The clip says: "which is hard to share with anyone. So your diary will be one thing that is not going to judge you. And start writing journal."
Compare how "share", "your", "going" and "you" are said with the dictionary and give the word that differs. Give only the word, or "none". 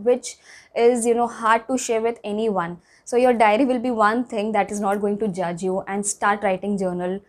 none